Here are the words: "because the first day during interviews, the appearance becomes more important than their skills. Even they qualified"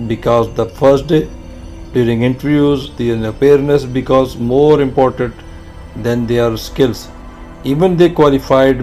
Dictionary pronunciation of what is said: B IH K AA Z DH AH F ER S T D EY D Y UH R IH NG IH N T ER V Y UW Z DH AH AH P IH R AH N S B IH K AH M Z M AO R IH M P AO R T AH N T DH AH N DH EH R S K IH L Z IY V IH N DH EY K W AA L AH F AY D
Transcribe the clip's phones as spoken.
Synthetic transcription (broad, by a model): B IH K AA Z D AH F ER S T D EY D Y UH R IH NG IH N T ER V Y UW Z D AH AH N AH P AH N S B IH K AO Z M AO R IH M P AO R T AH N T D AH N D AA R S K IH L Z IY V IH N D EY K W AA L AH F AY D